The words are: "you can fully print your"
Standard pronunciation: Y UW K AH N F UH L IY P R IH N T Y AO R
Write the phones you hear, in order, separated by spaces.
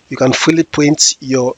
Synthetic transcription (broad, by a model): Y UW K AH N F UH L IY P AO N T Y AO